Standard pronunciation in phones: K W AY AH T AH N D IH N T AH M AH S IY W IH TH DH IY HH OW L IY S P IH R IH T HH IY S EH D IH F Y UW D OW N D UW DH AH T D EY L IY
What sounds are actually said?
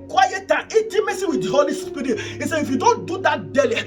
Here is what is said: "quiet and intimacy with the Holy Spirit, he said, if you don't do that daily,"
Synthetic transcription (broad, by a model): K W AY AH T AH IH T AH M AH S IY W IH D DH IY HH OW L IY S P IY R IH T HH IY S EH IH F Y UW D OW N D UW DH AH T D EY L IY